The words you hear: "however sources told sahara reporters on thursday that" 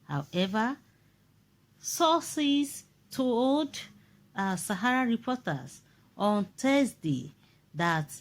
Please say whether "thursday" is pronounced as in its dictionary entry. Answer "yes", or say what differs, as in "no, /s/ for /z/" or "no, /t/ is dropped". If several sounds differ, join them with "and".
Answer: no, /t/ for /θ/